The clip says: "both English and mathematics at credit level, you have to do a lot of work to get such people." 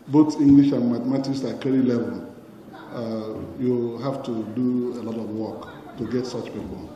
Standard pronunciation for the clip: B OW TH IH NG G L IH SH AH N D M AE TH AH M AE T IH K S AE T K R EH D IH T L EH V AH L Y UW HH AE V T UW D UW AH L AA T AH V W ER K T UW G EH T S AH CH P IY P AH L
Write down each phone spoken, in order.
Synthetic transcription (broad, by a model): B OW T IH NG G L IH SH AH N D M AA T M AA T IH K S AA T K EH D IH L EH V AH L Y UW HH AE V T UW D UW AH L AA T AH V W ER K T UW G EH T S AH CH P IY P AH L